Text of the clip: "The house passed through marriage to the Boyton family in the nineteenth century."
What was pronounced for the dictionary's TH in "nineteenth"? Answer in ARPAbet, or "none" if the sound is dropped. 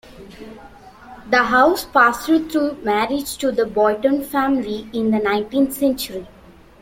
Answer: T